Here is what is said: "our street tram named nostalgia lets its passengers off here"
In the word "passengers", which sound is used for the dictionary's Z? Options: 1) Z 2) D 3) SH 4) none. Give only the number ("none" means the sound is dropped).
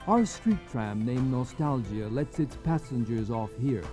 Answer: 1